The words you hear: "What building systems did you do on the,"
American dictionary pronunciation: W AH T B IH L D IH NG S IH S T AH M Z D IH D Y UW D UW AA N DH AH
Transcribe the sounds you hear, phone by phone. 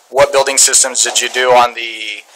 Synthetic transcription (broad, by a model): W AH T B IH L D IH NG S IH S T AH M Z D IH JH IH D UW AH N DH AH